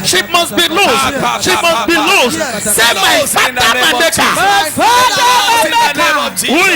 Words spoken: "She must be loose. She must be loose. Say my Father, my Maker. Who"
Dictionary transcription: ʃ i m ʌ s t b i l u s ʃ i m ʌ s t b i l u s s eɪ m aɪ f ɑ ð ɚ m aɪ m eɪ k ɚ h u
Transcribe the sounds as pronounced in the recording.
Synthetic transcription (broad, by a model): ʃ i m ʌ s t b i l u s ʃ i m ʌ s t b i l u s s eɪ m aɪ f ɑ ɚ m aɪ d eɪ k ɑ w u